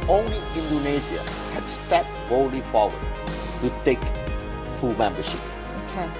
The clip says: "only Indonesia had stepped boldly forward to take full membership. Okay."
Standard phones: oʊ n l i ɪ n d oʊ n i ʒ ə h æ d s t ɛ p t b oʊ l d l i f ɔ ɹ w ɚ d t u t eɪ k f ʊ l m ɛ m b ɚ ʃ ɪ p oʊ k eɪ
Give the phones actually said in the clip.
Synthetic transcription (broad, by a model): oʊ n l i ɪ n d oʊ n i z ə h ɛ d s t ɛ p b oʊ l l i f ɔ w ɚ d t u t eɪ k f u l m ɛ m b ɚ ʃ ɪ p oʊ k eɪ